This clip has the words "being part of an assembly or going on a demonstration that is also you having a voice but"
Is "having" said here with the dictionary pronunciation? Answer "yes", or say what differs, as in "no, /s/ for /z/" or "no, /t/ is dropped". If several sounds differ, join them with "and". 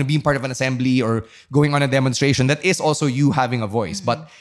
yes